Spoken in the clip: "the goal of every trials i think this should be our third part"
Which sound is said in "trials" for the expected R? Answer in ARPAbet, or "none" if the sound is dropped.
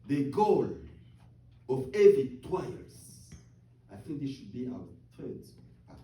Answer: W